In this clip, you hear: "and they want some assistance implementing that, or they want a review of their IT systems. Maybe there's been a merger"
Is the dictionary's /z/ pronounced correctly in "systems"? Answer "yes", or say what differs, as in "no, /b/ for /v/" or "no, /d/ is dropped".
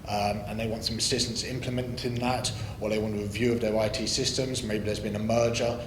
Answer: yes